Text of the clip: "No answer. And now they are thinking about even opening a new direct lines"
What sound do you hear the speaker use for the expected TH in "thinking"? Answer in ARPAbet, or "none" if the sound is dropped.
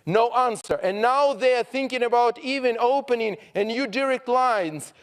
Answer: TH